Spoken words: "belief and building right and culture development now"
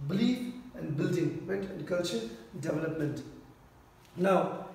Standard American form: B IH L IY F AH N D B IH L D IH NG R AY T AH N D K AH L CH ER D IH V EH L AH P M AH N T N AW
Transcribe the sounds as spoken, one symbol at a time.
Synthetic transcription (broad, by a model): B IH L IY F AH N D B IH L D IH NG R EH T AH N D K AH L CH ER D IH V EH L AH P M AH N T N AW